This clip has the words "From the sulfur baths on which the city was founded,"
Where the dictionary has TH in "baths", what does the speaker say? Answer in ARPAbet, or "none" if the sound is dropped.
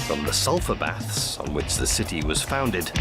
TH